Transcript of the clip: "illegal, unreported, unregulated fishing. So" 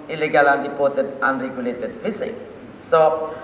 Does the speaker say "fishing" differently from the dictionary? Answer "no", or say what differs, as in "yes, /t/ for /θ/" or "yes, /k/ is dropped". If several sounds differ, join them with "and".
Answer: yes, /s/ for /ʃ/